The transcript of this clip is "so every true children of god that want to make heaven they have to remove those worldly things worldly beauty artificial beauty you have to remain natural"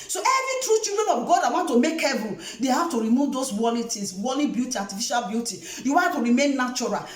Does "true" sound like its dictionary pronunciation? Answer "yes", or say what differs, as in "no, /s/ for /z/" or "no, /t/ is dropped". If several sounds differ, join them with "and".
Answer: yes